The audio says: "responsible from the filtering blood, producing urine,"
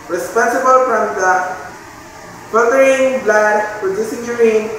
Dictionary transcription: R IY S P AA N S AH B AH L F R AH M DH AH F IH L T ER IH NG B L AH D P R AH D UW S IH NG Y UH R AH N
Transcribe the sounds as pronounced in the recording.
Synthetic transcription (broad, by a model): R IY S P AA N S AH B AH L F R AH M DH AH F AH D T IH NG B L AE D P AH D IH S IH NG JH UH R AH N